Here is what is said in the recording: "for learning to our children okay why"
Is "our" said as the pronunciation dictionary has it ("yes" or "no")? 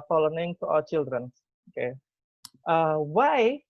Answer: no